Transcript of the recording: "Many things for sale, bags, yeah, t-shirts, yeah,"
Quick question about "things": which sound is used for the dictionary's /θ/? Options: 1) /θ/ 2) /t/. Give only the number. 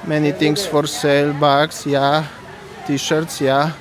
2